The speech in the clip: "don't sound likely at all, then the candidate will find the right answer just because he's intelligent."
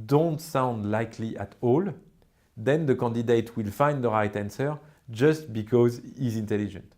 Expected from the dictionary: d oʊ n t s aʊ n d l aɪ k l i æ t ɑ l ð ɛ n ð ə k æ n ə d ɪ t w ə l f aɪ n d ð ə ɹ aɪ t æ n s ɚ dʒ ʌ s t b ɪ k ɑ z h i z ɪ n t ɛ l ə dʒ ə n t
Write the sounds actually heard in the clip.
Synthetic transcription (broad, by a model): d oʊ n t s aʊ n d l aɪ k l i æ t ɑ l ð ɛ n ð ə k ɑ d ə d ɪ t w ə l f aɪ n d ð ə ɹ aɪ t æ n s ɚ dʒ ʌ s t b ɪ k ɑ z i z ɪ n t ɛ l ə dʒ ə n t